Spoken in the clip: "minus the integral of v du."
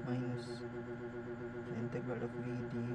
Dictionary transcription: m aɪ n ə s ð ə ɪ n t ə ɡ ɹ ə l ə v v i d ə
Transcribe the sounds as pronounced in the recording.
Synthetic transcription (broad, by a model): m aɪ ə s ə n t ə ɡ ə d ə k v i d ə